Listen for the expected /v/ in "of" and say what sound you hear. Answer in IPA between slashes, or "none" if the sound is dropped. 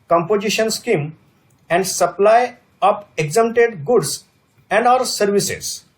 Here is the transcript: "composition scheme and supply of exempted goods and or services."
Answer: /p/